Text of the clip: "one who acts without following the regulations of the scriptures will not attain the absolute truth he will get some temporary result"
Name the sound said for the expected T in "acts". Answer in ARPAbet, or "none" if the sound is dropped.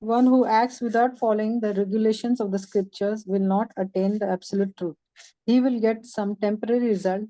T